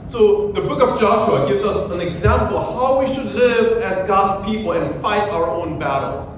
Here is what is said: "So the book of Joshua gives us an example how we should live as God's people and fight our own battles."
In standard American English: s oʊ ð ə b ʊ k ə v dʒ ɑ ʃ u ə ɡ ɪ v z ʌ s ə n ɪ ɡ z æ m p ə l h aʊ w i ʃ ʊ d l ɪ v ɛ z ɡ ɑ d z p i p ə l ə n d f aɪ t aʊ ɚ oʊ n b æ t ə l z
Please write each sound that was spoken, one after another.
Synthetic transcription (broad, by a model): s oʊ ð ə b ʊ k ə v dʒ ɑ ʃ u ə ɡ ɪ v z ʌ s ə n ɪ ɡ z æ m p l h aʊ w i ʃ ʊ d l ɪ v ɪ z ɡ ɑ d z p i p l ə n f aɪ t aʊ ɚ oʊ n b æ t l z